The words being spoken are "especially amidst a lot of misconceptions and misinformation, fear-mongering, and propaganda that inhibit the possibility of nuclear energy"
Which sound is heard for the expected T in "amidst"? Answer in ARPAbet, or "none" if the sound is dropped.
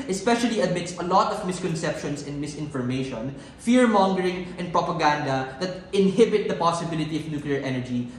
none